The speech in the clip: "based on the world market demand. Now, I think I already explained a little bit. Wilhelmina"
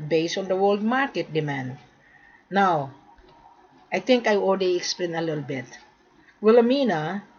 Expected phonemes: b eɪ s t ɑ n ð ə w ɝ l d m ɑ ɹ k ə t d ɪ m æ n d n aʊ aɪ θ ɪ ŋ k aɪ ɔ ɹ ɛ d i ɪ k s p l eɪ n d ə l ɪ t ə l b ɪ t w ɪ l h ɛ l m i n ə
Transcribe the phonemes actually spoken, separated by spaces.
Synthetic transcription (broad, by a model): b eɪ s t ɑ n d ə w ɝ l d m ɑ ɹ k ə t d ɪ m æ n d n aʊ aɪ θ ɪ ŋ k aɪ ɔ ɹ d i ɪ k s p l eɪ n ə l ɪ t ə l b ɪ t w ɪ l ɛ m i n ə